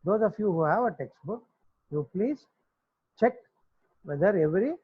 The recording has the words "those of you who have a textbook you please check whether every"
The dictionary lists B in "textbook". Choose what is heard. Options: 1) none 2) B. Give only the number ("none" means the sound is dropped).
2